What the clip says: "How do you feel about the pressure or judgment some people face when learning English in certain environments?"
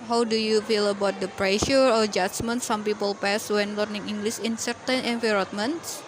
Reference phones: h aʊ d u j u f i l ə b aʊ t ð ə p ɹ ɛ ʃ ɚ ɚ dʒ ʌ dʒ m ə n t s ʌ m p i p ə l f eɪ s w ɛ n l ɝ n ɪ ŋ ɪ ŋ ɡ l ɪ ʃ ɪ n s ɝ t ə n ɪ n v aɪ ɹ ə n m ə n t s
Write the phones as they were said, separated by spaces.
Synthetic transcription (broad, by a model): h aʊ d u j u f i l ə b aʊ t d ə p ɹ ɛ ʃ ɚ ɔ dʒ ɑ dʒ m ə n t s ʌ m p i p ə l p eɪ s w ɛ n l ɝ n ɪ ŋ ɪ ŋ ɡ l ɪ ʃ ɪ n s ɝ t ə n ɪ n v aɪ ɹ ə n m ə n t s